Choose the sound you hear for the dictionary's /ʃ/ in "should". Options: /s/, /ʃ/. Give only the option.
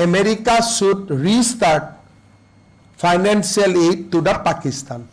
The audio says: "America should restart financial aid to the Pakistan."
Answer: /s/